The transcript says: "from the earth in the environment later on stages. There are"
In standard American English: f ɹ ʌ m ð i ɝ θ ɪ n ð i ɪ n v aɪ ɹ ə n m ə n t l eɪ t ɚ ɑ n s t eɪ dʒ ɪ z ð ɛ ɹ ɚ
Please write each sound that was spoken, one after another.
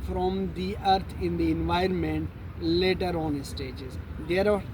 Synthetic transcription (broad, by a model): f ɹ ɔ m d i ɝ t ɪ n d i ɪ n v aɪ ɹ ə n m ə n t l eɪ t ɚ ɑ n s t eɪ dʒ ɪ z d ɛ ɹ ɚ